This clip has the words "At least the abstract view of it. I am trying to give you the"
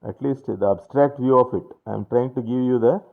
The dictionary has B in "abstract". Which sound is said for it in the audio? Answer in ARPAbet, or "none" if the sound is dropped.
B